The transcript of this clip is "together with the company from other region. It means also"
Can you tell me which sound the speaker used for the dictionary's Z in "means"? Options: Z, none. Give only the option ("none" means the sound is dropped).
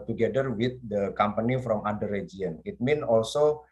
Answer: none